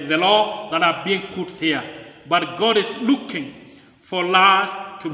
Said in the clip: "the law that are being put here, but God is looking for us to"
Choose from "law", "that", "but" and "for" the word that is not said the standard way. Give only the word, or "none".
for